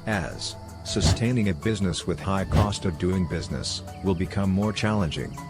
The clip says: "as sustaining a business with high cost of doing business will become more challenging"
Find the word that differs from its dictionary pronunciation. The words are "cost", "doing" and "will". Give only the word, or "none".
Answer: none